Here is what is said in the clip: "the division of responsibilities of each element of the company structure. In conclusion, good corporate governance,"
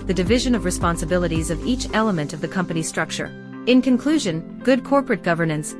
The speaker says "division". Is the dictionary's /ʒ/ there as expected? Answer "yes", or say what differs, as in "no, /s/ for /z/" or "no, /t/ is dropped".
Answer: yes